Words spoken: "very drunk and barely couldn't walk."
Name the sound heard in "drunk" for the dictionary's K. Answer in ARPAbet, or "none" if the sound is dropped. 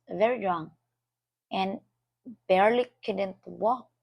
none